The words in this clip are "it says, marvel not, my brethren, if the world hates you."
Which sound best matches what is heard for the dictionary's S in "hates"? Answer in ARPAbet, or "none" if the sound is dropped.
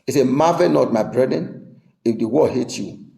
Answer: none